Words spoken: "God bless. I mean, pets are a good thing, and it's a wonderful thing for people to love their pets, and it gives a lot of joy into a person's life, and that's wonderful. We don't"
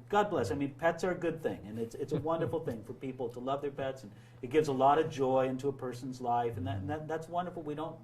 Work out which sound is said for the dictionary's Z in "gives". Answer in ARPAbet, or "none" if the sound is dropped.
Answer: Z